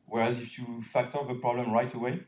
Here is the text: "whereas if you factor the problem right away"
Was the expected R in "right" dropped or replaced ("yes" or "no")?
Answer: no